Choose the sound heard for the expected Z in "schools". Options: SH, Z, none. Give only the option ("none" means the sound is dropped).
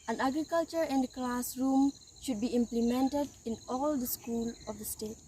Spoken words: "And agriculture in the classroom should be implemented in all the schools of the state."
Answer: none